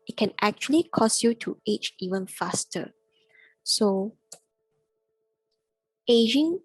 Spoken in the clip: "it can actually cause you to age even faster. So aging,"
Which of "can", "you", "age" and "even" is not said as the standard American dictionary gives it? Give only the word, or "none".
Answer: age